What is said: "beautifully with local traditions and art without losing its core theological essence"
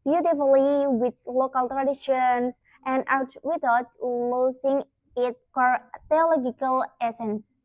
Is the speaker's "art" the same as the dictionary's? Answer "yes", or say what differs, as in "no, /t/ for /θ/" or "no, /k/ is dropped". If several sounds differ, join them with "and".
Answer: no, /w/ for /ɹ/